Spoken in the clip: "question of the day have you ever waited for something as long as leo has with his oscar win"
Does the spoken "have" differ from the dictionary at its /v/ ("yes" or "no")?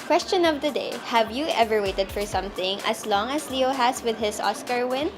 no